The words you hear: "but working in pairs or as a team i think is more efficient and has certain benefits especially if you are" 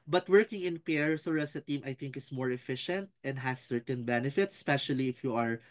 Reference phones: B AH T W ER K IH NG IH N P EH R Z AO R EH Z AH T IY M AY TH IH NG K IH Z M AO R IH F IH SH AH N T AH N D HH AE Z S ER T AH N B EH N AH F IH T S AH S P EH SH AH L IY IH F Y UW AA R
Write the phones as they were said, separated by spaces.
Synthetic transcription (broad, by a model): B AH T W ER K IH NG IH N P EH R S AO R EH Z AH T IY M AY TH IH NG K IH S M AO R IH F IH SH AH N T AH N D HH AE S ER T AH N B EH N AH F IH T S S P EH SH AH L IY IH F Y UW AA R